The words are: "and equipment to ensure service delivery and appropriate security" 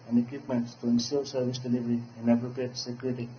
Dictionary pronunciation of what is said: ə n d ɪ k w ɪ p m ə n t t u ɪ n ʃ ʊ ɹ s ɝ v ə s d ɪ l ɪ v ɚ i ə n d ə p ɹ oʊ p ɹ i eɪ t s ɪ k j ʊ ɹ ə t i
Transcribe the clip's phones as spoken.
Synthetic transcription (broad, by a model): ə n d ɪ k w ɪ p m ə n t t u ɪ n s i l s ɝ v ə s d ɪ l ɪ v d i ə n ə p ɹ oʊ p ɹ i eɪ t s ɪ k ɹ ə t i